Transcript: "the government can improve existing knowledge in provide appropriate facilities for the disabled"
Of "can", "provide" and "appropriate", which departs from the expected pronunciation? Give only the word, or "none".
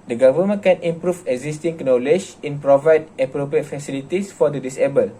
none